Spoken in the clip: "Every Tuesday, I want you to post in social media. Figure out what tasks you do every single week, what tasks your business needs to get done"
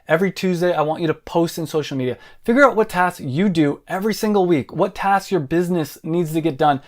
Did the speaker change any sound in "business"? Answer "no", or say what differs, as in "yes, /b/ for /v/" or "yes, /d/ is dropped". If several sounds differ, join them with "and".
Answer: no